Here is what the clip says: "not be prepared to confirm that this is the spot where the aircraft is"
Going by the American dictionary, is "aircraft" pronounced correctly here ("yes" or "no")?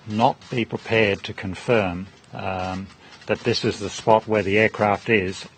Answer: yes